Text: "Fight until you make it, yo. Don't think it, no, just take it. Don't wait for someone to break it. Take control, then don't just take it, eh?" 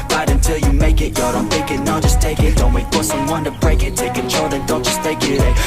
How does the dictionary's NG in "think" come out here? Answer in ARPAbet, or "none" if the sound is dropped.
none